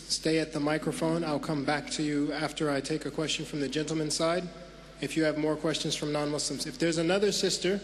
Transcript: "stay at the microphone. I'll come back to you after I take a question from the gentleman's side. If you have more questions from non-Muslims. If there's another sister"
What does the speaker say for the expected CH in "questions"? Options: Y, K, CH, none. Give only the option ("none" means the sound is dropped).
CH